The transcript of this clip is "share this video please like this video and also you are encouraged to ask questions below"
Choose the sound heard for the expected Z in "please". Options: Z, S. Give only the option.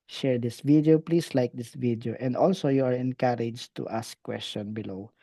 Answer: S